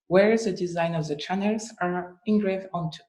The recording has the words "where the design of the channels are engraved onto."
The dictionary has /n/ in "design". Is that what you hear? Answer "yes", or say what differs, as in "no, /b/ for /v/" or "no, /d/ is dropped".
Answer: yes